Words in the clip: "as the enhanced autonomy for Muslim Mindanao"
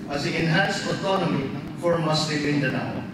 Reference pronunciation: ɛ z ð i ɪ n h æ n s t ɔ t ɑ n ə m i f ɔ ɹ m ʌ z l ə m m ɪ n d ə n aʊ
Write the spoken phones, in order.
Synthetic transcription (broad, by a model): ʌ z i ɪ n h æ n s ɔ t ɑ n ə m i f ɔ ɹ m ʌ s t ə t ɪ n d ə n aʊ